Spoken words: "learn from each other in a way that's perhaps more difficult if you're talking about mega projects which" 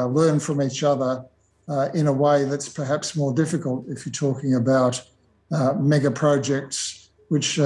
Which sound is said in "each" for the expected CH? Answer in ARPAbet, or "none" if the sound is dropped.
CH